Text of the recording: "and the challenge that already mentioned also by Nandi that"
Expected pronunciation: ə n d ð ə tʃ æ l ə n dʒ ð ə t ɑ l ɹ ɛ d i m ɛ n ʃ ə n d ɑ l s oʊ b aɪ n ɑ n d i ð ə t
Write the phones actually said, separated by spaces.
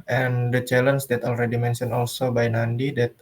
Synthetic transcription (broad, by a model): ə n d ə tʃ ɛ l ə n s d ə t ɑ l ɹ ɛ d i m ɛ n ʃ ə n ɑ l s oʊ b aɪ n ɑ n d i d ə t